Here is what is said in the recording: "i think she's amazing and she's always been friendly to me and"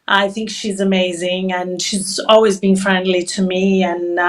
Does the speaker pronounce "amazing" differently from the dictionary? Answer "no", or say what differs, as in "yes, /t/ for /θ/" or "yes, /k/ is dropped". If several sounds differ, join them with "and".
no